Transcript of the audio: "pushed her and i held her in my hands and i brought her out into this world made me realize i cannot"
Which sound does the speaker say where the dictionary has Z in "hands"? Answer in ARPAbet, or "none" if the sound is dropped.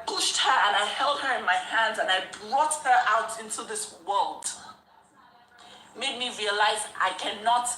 Z